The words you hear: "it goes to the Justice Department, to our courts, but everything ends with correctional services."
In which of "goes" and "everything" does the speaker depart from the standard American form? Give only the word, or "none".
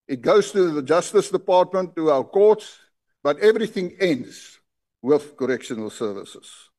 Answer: none